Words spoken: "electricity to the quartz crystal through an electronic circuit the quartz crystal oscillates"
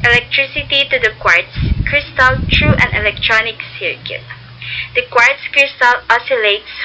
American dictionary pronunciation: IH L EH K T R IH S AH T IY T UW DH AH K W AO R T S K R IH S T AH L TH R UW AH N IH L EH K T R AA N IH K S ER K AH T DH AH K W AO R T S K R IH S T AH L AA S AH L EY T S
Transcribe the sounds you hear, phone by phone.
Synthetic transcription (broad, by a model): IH L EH K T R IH S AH T IY T UW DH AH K W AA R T S K R IH S T AH L T R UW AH N IH L EH K T R AA N IH K S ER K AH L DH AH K W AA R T S K R IH S T AH L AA S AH L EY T S